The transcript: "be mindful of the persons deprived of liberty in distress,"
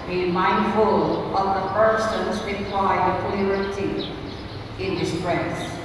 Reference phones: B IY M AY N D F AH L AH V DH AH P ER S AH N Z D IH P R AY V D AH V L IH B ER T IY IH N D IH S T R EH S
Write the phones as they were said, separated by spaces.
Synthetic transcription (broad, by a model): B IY M AY N D F AH L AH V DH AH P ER S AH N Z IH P L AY D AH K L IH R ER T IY IH N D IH S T R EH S